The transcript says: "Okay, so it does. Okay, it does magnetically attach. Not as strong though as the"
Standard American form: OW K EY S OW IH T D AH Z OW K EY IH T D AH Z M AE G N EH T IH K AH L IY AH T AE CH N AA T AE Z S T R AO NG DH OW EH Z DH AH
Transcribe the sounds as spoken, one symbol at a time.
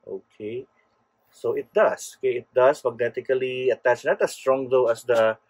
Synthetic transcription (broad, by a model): OW K EY S OW IH T D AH S OW K EY IH T D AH S M AE G N EH T IH K AH L IY AH T AE CH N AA T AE S T R AO NG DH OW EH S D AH